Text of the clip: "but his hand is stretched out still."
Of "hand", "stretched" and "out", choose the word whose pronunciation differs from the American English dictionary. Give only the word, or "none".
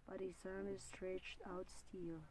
hand